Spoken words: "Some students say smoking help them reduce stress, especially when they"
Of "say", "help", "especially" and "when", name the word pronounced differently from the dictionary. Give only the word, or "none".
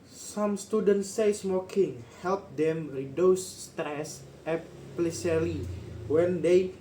especially